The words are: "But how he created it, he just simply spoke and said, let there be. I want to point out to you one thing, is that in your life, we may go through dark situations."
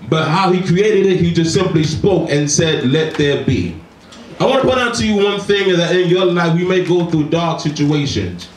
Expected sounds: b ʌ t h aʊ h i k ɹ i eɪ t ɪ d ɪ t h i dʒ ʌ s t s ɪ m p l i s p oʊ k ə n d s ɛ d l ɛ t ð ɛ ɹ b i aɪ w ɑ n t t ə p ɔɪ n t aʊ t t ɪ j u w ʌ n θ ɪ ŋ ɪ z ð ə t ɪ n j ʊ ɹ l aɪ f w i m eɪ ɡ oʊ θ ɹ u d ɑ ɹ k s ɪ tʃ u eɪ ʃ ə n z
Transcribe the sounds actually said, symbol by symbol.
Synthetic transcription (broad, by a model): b ʌ t h aʊ h i k ɹ i eɪ t ɪ d ɪ t h i dʒ ʌ s t s ɪ m p l i s p oʊ k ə n s ɛ d l ɛ t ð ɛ ɹ b i aɪ w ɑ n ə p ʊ t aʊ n t ɪ j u w ʌ n θ ɪ ŋ ɪ z ð ə t ɪ n j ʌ ɹ l aɪ f w i m eɪ ɡ oʊ θ ɹ u d ɑ ɹ k s ɪ tʃ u eɪ ʃ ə n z